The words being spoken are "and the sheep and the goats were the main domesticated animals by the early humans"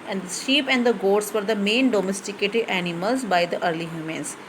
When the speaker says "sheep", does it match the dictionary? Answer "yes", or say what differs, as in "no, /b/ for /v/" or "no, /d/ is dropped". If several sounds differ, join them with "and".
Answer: yes